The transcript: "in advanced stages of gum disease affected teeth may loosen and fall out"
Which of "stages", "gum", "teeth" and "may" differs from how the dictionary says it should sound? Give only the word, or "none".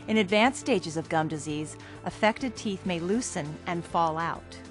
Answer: none